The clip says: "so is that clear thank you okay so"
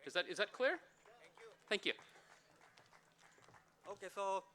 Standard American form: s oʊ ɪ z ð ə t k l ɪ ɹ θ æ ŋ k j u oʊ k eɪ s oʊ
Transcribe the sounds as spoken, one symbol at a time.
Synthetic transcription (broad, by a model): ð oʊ ɪ z ð ə t k l ɪ ɹ θ æ ŋ k j u oʊ k eɪ s oʊ